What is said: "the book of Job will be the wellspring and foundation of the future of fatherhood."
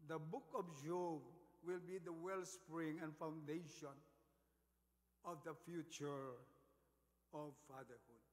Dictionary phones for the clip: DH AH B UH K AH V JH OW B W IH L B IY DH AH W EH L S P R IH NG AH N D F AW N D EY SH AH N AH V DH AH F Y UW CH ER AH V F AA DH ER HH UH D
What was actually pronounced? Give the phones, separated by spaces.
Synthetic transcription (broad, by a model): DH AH B UH K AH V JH OW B W IH L B IY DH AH W EH L S P R IH NG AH N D F AW N D EY SH AH N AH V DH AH F Y UW CH ER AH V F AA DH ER HH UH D